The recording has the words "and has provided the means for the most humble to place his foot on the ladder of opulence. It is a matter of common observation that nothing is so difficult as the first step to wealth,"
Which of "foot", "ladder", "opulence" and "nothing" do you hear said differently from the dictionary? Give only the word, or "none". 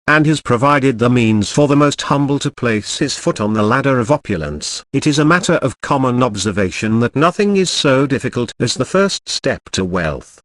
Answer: none